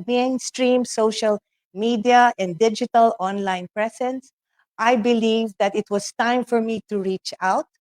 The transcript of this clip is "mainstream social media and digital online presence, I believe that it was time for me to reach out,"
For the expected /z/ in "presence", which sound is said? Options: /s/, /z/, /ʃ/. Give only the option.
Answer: /s/